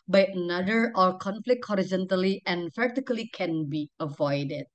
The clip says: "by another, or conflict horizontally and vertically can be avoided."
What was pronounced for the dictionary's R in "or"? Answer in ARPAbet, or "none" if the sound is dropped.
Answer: L